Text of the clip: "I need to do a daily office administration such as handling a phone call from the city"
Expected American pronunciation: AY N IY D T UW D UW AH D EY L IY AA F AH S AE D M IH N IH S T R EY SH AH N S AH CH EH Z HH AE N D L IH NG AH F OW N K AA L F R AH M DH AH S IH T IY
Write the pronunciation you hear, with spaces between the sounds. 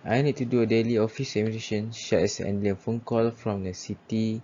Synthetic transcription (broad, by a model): AY N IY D T UW D UW AH D EY L IY AA F AH S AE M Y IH T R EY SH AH N SH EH S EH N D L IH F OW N K AA L F R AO M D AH S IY T IY